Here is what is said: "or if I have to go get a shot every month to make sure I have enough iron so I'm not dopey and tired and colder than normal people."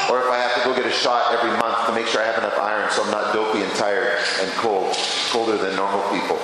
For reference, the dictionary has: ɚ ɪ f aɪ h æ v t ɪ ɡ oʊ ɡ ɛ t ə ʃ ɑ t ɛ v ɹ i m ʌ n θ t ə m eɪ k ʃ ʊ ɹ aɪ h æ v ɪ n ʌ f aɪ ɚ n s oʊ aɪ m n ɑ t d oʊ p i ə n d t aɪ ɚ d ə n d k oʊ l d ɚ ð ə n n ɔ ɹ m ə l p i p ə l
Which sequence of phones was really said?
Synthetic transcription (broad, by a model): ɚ ɪ f aɪ h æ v t ɪ ɡ oʊ ɡ ɛ t ə ʃ ɑ t ɛ v ɹ i m ʌ n θ t ə m eɪ k ʃ ʊ ɹ aɪ h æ v ɪ n ʌ f aɪ ɚ n s oʊ aɪ m n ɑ t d oʊ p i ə n t aɪ ɚ d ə n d k oʊ l d ɚ ð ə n n ɔ ɹ m l p i p l